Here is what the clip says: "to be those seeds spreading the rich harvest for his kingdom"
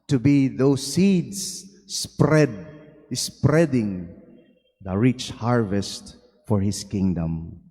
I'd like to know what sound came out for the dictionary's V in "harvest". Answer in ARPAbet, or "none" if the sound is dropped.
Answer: V